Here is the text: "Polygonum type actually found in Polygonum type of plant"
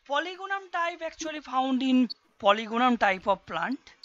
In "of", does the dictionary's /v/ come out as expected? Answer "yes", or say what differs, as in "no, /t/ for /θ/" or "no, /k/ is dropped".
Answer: no, /b/ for /v/